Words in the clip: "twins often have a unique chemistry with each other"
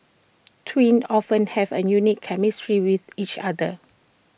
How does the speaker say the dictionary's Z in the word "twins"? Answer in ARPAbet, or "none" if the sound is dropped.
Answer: none